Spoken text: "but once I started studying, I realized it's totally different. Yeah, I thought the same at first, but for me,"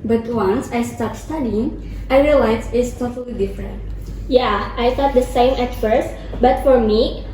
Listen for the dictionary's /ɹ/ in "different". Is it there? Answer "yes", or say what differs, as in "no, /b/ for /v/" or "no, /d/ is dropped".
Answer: yes